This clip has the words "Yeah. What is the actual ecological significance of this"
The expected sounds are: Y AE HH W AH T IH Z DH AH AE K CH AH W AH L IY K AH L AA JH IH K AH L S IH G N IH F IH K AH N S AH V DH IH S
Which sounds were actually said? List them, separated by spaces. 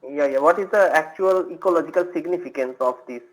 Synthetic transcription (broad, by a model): Y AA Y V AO T IH Z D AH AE K CH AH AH L IY K AH L AA JH IH K AH L S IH G N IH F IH K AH N S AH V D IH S